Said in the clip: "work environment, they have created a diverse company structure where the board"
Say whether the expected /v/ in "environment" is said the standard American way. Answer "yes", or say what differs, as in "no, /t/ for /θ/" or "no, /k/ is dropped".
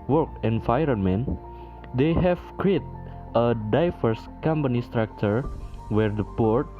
no, /f/ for /v/